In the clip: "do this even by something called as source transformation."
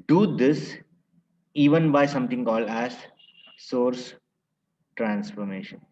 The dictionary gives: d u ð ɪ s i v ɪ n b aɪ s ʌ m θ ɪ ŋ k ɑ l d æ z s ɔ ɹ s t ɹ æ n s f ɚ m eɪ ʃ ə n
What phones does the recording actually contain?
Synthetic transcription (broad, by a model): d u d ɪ s i v ɪ n b aɪ s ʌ m t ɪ ŋ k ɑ l æ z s ɔ ɹ s t ɹ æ n s f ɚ m eɪ ʃ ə n